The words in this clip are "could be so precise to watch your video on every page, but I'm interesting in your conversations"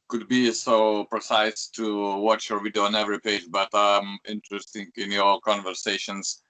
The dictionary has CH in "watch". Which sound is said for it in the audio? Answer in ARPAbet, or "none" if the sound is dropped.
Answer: CH